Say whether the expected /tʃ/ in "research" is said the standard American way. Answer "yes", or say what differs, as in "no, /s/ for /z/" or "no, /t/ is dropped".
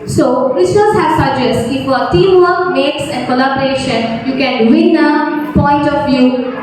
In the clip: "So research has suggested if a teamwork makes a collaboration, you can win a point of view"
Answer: no, /s/ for /tʃ/